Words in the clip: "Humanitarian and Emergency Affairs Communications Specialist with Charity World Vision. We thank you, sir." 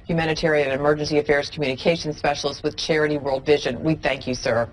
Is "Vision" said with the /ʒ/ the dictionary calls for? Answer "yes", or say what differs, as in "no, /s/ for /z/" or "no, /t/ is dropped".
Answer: yes